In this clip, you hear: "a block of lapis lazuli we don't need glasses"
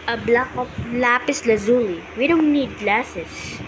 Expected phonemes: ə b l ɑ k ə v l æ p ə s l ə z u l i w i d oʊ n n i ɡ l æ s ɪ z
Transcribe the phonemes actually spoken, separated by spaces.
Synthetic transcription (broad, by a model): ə b l ɑ k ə p l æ p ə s l ə z u l i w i d oʊ n n i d l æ s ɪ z